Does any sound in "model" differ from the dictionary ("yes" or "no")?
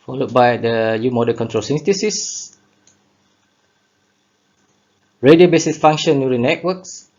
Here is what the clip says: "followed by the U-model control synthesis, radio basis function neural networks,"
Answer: yes